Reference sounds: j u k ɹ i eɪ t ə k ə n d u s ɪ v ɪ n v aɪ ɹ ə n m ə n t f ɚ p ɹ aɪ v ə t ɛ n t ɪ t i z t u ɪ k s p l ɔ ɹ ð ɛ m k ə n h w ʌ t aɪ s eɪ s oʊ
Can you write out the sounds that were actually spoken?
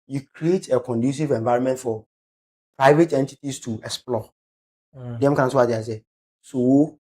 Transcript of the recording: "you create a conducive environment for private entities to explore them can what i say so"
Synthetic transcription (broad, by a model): j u k ɹ i eɪ t ə k ə n d u s ɪ v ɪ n v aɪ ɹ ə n m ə n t f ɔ p ɹ aɪ v ə t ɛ n t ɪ t i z t u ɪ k s p l ɔ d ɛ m k ə n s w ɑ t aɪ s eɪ s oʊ